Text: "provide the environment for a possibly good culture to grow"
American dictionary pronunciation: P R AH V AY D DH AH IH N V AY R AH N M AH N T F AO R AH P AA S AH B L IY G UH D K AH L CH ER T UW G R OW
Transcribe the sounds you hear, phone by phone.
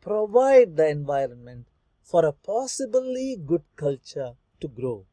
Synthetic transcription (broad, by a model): P R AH V AY D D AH IH N V AY R AH N M AH N T F AO R AH P AA S AH B L IY G UH D K AH L CH ER T UW G R OW